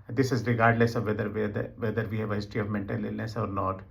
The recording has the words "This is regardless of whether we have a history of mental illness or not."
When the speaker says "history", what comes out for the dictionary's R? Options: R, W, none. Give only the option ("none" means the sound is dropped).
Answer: none